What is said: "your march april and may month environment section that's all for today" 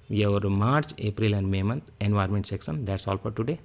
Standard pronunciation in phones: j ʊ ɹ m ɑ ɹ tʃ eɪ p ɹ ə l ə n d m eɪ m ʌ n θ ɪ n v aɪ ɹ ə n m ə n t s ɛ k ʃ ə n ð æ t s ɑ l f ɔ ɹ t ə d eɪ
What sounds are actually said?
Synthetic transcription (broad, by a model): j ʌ ɹ m ɑ ɹ tʃ eɪ p ɹ ə l ə n d m eɪ m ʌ n t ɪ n v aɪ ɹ m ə n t s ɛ k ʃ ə n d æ t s ɑ l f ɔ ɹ t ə d eɪ